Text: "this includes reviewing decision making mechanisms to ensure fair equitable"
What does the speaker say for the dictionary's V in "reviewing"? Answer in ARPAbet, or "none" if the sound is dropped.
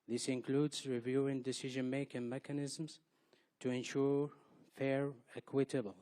V